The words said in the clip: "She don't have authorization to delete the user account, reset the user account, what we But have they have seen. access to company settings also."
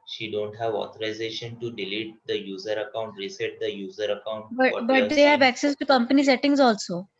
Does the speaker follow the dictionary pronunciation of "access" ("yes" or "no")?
yes